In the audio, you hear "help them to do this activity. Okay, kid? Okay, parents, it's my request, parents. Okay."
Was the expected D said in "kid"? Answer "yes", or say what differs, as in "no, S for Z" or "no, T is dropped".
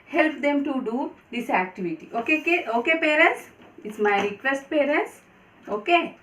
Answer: no, D is dropped